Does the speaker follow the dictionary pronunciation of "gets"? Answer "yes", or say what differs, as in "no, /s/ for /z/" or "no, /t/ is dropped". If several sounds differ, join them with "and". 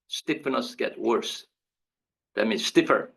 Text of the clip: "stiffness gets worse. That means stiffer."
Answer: no, /s/ is dropped